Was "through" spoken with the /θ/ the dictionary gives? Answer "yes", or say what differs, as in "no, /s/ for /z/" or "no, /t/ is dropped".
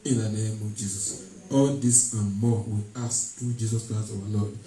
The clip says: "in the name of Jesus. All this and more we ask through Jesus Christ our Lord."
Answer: no, /t/ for /θ/